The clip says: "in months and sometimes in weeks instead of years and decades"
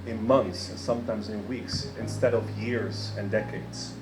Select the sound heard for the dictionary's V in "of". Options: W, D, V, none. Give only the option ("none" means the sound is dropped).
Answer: V